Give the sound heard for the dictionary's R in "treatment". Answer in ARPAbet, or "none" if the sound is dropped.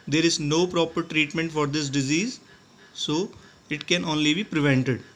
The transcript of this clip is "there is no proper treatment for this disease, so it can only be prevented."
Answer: R